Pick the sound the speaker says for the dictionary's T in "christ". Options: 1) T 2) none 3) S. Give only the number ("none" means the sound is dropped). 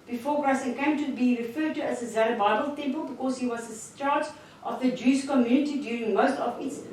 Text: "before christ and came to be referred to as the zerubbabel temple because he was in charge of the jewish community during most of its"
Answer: 2